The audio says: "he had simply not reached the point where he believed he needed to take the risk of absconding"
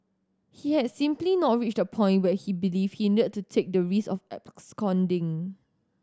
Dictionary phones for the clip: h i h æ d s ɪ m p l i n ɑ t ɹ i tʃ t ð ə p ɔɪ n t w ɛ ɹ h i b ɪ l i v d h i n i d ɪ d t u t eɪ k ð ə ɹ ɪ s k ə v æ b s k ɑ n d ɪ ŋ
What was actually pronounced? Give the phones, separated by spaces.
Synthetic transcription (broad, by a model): h i h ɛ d s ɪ m p l i n ɑ t ɹ i tʃ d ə p ɔɪ n t w ɛ h i b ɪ l i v h i n i d ɪ d t u t eɪ k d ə ɹ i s ə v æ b s k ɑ n d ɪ ŋ